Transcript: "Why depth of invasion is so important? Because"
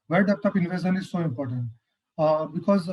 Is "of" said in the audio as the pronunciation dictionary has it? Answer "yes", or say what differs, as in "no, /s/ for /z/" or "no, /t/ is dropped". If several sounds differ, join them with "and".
no, /p/ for /v/